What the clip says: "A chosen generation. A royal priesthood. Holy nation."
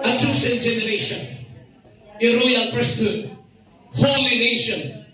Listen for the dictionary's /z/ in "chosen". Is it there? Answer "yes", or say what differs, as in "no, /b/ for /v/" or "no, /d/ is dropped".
no, /s/ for /z/